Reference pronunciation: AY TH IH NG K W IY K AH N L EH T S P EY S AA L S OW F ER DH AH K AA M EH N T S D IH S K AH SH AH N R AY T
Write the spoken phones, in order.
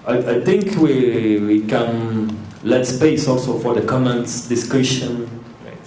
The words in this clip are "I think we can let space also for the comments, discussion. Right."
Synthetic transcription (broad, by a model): AY T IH NG K W IY K AH N L EH T S P EY S AA L S OW F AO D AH K AA M EH N T S D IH S K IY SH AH N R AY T